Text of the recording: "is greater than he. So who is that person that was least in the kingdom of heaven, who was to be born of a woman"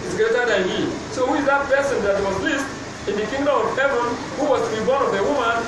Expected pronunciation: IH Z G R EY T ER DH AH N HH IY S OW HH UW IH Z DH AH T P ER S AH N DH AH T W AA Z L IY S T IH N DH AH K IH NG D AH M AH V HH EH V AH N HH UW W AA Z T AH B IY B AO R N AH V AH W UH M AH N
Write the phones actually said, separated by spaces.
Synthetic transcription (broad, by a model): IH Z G EY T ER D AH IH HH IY S OW HH UW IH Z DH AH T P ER S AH N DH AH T W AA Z L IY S T IH N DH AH K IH NG D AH M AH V HH EH V AH N HH UW W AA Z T B IY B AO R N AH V AH W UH M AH N